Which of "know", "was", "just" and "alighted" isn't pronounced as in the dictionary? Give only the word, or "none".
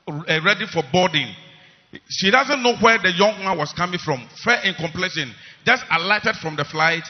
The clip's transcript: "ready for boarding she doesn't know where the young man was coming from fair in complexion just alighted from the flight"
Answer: was